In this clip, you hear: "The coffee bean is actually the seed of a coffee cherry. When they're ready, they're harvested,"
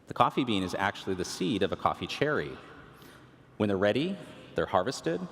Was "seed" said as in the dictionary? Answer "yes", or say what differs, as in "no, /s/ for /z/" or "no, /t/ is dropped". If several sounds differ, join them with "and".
yes